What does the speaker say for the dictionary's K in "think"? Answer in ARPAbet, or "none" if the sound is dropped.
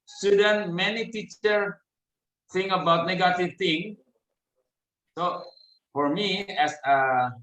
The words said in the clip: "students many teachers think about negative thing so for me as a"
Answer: none